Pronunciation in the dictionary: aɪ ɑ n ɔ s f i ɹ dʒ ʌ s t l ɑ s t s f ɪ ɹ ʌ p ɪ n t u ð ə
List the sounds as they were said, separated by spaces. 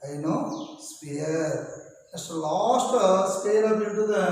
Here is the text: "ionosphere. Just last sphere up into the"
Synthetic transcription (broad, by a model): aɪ n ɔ s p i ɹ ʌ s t l ɑ s t s p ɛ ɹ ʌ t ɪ t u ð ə